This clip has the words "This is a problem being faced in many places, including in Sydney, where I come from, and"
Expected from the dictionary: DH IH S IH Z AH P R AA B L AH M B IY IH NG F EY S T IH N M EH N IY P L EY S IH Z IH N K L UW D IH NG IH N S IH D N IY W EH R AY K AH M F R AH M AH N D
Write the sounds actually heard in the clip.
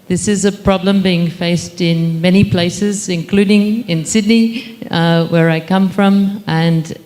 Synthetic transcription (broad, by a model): DH IH S IH Z AH P R AA B L AH M B IY IH NG F EY S T IH N M EH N IY P L EY S IH Z IH N K L UW D IH NG IH N S IH D N IY W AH R AY K AH M F R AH M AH N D